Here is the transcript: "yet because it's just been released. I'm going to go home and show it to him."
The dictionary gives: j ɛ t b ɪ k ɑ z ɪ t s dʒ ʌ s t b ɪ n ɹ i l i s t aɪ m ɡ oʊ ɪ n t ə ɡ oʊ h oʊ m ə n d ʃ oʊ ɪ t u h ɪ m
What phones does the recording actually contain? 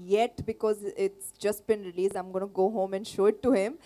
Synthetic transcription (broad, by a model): j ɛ t b ɪ k ɑ z ɪ t s dʒ ʌ s t b ɪ n ɹ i l i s aɪ m ɡ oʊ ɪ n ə ɡ oʊ h oʊ m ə n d ʃ oʊ ɪ t u h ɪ m